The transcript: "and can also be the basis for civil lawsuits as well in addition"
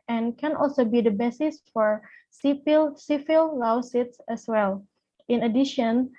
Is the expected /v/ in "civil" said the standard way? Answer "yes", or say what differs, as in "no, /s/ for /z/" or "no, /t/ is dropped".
no, /p/ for /v/